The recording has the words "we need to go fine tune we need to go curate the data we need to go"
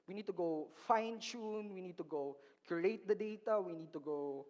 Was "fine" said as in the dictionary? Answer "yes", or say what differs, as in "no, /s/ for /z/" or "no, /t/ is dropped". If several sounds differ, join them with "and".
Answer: yes